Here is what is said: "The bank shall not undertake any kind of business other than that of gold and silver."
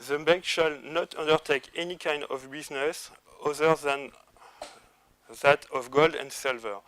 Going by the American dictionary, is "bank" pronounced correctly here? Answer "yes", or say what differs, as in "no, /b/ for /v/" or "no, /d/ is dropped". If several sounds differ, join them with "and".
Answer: no, /ŋ/ is dropped